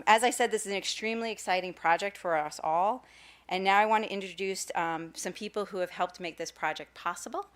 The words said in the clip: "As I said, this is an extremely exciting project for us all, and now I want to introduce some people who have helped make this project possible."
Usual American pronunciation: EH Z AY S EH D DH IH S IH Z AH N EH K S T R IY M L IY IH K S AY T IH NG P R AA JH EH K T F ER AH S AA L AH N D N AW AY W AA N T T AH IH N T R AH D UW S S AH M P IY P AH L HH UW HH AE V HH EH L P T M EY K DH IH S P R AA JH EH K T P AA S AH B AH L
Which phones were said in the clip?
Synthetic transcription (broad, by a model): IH Z AY S EH D DH IH S IH Z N EH K S T R IY M L IY IH K S AY T IH NG P R AA JH EH K T F ER AH S AA L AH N N AW AY W AA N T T IH N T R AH D UW S S AH M P IY P L HH UW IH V HH EH L P T M EY K DH IH S P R AA JH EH K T P AA S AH B L